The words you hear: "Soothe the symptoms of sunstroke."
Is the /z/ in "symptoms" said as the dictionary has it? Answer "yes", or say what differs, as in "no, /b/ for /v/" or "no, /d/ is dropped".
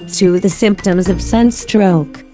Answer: yes